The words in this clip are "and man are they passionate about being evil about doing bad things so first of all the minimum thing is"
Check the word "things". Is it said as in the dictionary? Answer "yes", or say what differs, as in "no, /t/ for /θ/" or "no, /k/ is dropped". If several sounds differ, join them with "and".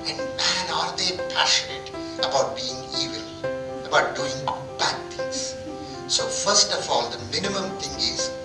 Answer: no, /t/ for /θ/